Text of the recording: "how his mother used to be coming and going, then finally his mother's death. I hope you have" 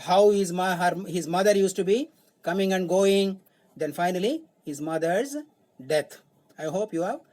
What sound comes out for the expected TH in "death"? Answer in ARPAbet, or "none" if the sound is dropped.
T